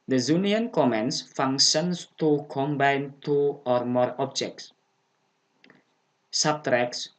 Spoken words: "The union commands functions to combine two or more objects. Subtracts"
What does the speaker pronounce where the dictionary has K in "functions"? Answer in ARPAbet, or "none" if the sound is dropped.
none